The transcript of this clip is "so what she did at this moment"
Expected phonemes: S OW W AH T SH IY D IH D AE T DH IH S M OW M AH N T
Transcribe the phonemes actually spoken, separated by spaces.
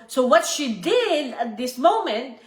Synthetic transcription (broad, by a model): S OW W AH T SH IY D IH D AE T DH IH S M OW M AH N T